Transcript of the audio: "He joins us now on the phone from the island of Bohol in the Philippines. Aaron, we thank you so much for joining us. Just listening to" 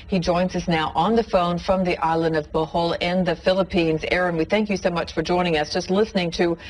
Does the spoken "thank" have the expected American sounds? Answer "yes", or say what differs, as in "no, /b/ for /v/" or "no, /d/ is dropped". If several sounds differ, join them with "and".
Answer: yes